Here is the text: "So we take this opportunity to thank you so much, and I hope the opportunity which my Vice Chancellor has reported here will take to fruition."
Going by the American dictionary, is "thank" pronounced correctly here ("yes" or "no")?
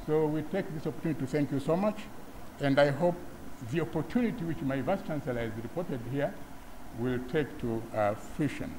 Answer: yes